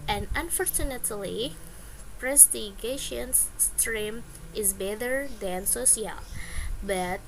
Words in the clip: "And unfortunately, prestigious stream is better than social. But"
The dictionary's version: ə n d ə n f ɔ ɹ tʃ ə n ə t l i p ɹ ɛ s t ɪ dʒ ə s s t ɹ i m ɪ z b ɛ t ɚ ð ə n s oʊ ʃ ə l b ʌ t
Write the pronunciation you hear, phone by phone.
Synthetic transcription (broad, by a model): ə n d ə n f ɔ ɹ tʃ ə n ə t l i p ɹ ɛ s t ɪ ʃ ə s s t ɹ i m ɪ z b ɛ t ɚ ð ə n s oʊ s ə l b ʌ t